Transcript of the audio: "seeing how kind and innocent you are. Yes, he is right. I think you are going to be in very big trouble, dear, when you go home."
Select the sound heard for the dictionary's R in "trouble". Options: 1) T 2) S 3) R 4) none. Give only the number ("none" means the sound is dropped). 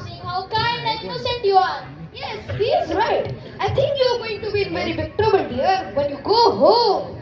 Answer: 4